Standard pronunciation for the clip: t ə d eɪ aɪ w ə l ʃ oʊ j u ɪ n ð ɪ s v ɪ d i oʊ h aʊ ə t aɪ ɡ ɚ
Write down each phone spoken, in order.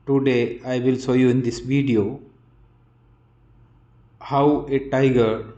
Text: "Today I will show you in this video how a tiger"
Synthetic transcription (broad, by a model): t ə d eɪ aɪ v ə l s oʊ j u ɪ n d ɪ s v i d i oʊ h aʊ ə t aɪ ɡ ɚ